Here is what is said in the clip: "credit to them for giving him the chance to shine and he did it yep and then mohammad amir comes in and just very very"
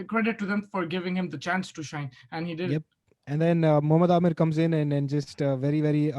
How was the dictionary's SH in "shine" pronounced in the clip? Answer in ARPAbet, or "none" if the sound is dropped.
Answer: SH